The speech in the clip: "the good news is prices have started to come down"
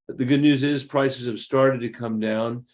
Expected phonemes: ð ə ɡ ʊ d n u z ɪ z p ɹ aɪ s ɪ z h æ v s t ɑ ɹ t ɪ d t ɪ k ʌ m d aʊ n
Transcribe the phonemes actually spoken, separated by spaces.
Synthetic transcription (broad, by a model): ð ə ɡ ʊ d n u z ɪ z p ɹ aɪ s ɪ z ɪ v s t ɑ ɹ t ɪ d t ɪ k ʌ m d aʊ n